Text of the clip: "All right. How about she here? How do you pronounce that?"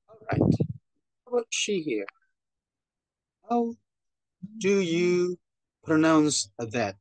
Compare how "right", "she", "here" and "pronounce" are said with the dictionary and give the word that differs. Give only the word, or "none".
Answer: none